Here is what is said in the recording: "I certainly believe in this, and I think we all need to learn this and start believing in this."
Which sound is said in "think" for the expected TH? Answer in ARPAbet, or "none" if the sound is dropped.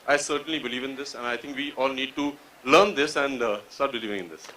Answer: T